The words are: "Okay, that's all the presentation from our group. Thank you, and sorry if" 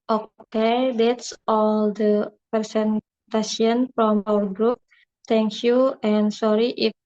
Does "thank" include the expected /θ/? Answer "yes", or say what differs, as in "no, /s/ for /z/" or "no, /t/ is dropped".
no, /t/ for /θ/